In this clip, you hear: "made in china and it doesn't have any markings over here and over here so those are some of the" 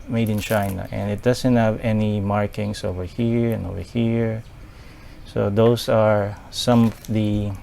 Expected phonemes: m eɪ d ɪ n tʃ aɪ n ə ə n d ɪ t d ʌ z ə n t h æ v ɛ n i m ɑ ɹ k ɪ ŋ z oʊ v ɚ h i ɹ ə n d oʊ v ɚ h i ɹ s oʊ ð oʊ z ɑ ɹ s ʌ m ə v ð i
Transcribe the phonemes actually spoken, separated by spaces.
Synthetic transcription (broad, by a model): m eɪ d ɪ n tʃ aɪ n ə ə n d ɪ t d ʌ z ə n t h æ v ɛ n i m ɑ ɹ k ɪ ŋ s oʊ v ɚ h i ɹ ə n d oʊ v ɚ h i ɹ s oʊ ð oʊ s ɑ ɹ s ʌ m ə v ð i